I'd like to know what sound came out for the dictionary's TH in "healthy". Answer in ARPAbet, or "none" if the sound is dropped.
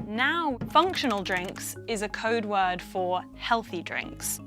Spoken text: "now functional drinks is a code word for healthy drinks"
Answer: TH